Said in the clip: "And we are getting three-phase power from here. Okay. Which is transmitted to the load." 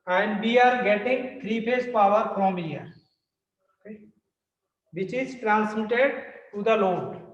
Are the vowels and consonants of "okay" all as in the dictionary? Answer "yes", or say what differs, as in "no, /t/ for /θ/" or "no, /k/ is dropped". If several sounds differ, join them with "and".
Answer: no, /k/ is dropped